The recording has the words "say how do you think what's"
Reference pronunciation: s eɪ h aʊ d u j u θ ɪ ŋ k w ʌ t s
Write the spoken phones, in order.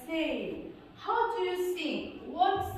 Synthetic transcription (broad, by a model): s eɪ h aʊ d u j u s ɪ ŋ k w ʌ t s